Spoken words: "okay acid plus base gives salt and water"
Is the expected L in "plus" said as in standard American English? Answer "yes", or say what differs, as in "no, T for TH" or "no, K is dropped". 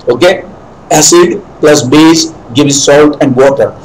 yes